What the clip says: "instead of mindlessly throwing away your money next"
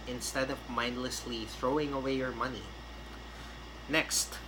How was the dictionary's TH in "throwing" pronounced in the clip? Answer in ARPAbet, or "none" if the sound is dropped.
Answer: TH